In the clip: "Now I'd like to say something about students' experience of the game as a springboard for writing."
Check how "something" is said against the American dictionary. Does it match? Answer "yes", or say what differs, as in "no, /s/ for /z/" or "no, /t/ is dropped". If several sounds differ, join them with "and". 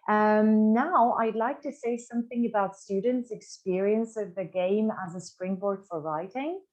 yes